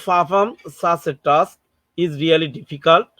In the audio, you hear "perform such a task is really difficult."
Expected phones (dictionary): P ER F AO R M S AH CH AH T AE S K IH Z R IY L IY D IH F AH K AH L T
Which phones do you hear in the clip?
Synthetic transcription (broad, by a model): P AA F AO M S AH S AH T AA S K IH Z R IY L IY D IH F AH K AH L T